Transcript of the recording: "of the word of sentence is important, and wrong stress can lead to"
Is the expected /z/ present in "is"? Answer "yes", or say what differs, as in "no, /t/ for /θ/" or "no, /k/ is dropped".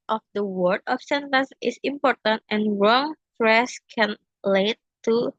no, /s/ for /z/